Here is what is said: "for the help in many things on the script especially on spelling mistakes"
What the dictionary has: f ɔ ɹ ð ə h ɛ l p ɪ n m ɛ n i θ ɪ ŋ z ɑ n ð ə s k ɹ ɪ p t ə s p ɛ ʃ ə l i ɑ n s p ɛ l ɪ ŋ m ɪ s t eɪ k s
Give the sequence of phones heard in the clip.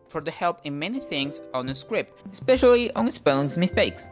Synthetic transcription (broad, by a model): f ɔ ɹ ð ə h ɛ l p ɪ n m ɛ n i θ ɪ ŋ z ɑ n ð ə s k ɹ ɪ p t ə s p ɛ ʃ ə l i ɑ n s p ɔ ɪ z m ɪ s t eɪ k s